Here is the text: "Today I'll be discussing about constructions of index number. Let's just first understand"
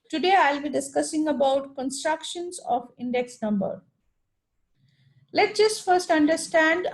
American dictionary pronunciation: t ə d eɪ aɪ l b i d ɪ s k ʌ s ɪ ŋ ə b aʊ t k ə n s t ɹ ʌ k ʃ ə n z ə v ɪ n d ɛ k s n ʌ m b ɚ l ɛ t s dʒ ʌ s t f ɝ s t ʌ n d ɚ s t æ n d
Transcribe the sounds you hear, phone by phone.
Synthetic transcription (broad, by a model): t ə d eɪ aɪ l b i d ɪ s k ʌ s ɪ ŋ ə b aʊ t k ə n s t ɹ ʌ k ʃ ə n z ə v ɪ n d ɛ k s n ʌ m b ɚ l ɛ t dʒ ʌ s t f ɝ s t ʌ n d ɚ s t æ n d